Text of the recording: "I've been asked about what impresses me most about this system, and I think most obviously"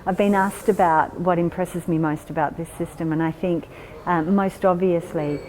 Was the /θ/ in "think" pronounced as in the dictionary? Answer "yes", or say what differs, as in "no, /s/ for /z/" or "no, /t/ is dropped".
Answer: yes